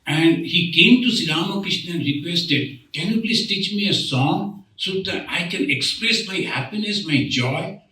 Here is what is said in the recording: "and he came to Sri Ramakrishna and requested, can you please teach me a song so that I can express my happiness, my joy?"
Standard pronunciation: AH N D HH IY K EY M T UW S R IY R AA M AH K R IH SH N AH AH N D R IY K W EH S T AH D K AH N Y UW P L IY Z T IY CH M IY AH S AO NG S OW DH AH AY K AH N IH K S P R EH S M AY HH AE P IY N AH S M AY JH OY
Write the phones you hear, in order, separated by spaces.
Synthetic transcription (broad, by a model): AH N D HH IY K EY M T UW S IY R AA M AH K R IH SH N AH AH N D R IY K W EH S T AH D K AH N Y UW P L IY S T IY CH M IY AH S AO NG S OW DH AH AY K AH N IH K S P R EH S M AY HH AE P IY N AH S M AY JH OY